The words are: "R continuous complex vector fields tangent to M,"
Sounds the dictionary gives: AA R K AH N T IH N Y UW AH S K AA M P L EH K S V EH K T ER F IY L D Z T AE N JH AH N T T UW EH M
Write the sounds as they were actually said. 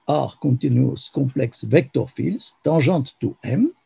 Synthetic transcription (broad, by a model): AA R K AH T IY N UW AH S K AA P L EH K S V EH K T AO F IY L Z T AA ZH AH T T UW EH M